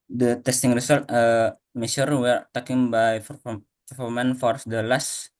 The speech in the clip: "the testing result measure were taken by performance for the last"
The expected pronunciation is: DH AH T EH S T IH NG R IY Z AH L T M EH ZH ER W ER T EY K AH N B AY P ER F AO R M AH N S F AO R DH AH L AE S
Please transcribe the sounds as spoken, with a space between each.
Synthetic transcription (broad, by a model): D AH T EH S T IH NG R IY S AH L T M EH S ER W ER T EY K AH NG B AY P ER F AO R M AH N F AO R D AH L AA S